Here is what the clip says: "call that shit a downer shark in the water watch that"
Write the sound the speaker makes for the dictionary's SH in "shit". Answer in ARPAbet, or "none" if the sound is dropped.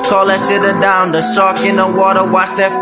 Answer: S